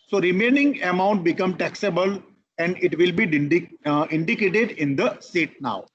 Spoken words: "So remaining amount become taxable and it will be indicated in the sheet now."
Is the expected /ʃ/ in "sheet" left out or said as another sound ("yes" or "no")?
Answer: yes